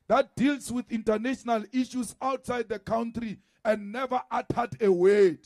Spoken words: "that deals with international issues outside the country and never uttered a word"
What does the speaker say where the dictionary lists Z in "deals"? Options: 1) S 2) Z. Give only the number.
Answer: 1